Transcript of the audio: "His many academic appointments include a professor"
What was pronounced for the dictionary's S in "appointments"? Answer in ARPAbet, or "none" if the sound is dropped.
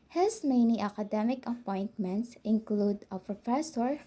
S